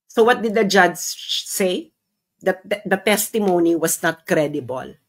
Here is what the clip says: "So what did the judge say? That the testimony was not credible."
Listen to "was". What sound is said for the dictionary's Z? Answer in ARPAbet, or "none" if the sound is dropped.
S